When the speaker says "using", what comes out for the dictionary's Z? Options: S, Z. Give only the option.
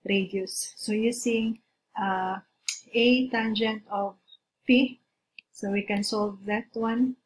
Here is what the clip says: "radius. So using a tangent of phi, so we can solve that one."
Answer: S